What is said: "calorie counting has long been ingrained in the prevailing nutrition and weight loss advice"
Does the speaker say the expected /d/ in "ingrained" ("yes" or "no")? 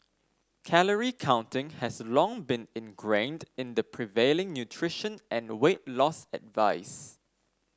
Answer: yes